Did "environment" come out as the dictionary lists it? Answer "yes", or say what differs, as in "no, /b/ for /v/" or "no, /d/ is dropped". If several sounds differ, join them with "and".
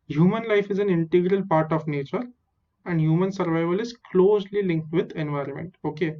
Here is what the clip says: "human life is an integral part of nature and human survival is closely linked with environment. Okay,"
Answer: yes